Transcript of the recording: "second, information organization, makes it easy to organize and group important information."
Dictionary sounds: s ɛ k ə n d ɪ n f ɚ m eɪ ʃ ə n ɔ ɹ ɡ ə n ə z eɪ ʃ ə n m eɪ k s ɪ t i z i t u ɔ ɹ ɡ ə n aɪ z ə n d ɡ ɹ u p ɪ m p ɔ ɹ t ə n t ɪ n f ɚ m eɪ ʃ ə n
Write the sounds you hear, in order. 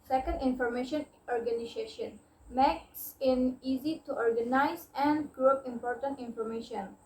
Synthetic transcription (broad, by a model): s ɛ k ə n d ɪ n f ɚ m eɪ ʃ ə n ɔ ɹ ɡ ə n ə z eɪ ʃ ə n m eɪ k s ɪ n i z i t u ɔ ɹ ɡ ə n aɪ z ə n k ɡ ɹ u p ɪ m p ɔ ɹ t ə n t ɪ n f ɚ m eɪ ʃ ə n